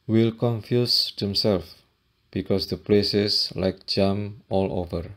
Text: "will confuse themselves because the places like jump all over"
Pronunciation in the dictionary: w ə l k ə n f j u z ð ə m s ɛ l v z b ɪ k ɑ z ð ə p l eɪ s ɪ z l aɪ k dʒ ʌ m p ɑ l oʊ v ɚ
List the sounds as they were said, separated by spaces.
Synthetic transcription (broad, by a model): w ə l k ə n f j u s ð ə m s ɛ l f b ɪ k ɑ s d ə p l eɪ s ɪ s l aɪ k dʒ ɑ m ɑ l oʊ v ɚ